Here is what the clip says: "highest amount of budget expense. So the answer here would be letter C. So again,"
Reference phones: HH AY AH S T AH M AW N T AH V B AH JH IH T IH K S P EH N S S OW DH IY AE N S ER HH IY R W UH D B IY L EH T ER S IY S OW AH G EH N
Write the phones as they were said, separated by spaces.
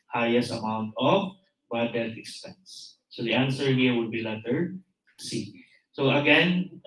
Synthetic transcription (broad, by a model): HH AY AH S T AH M AW N T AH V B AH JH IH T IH K S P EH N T S OW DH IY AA N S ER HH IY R W UH D B IY L EH T ER S IY S OW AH G EH N